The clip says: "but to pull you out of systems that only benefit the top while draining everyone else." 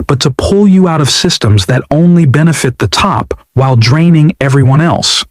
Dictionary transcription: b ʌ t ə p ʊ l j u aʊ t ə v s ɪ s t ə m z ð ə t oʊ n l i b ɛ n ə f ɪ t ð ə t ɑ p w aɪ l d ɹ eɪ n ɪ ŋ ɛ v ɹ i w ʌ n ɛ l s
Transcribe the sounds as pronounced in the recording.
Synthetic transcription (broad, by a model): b ʌ t ə p ʊ l j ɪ aʊ t ə v s ɪ s t ə m z ð ə t oʊ n l i b ɛ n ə f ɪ t ð ə t ɑ p w aɪ l d ɹ eɪ n ɪ ŋ ɛ v ɹ i w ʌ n ɛ l s